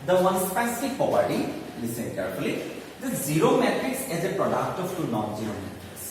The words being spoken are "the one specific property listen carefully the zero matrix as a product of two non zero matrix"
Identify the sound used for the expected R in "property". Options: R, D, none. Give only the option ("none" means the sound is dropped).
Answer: none